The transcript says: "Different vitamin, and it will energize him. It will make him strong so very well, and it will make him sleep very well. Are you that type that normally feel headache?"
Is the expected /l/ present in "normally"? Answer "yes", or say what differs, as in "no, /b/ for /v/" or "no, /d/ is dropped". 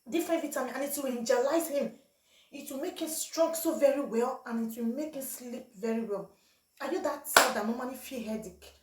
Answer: no, /n/ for /l/